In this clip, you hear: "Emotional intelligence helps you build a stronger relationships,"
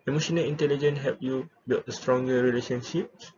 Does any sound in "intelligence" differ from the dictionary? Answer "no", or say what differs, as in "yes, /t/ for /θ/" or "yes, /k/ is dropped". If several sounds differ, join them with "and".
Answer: yes, /s/ is dropped